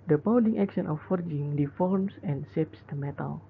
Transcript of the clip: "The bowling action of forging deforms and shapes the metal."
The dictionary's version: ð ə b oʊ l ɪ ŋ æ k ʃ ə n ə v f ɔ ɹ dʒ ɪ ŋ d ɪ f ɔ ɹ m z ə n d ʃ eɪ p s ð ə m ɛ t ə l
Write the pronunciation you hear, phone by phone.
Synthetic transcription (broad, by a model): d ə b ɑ w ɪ ŋ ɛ k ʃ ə n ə f ɔ ɹ dʒ ɪ ŋ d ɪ f ɔ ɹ m s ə n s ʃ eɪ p s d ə m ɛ t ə l